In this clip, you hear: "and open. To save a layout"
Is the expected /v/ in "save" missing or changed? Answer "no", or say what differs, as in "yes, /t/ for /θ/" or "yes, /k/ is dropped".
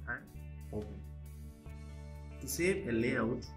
yes, /p/ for /v/